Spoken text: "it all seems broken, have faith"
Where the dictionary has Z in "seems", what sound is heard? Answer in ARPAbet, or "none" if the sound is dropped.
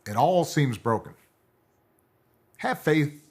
Z